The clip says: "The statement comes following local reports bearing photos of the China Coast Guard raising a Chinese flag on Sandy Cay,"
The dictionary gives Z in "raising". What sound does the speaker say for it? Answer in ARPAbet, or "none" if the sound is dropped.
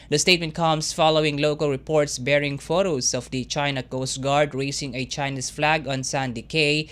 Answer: S